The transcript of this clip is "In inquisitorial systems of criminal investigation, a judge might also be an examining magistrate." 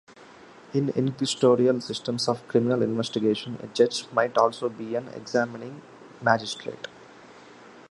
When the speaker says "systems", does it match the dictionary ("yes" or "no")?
no